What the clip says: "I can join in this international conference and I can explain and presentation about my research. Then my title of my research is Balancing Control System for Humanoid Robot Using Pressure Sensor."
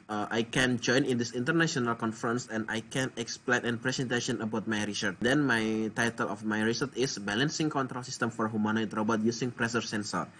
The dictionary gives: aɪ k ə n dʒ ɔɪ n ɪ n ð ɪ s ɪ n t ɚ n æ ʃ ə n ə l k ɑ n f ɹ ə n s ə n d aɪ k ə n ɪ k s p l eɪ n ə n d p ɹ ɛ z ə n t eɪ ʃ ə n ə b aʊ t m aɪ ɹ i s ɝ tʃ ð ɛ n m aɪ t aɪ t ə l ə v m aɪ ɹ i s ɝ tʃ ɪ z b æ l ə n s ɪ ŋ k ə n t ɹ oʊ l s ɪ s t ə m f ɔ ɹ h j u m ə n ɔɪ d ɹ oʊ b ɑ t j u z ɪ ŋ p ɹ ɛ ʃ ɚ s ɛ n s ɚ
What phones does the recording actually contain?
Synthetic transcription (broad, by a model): aɪ k ə n dʒ ɔɪ n ɪ n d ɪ s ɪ n t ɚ n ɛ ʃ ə n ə l k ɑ n f ɹ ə n s ə n d aɪ k ə n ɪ k s p l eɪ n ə n p ɹ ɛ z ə n t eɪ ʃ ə n ə b aʊ t m aɪ ɹ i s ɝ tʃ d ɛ n m aɪ t aɪ t ə l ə f m aɪ ɹ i s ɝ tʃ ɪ s b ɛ l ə n s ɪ ŋ k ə n t ɹ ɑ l s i s t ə m f ɔ ɹ h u m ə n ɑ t ɹ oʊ b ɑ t j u s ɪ ŋ p ɹ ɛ s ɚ s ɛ n s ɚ